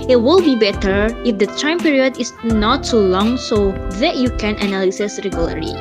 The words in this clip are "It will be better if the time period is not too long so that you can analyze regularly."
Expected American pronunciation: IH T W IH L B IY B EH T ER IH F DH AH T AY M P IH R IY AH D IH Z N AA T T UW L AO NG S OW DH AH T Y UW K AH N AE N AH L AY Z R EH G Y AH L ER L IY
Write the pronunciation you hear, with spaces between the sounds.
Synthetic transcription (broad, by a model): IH T W IH L B IY B EH T ER IH F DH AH T AY M P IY R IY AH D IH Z N AA T S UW L AO NG S OW DH AH T Y UW K AH N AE N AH L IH S R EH G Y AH L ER IY